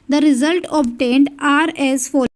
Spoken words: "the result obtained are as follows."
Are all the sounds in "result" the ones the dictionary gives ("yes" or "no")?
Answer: yes